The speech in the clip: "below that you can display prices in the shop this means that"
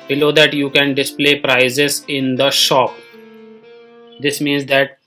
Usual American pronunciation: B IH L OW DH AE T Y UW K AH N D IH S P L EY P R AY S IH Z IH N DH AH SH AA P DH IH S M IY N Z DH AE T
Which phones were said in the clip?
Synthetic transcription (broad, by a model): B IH L OW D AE T Y UW K AH N D IH S P L EY P R AY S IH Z IH N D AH SH AA P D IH S M IY N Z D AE T